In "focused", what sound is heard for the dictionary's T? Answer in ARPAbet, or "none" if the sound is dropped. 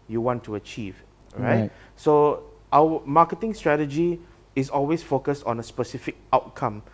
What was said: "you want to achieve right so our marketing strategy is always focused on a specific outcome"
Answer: T